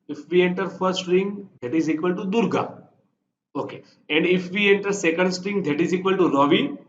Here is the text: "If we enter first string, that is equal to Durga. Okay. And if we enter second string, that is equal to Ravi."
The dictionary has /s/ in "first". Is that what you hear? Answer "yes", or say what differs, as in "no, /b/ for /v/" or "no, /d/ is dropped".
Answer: no, /s/ is dropped